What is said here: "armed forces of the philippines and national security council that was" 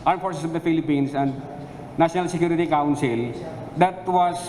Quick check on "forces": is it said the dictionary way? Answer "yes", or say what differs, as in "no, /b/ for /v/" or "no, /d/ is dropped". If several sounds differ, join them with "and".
no, /s/ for /z/